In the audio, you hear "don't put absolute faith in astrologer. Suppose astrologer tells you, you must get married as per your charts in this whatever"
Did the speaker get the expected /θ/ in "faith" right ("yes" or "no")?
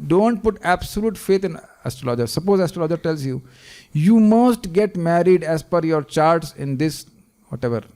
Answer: no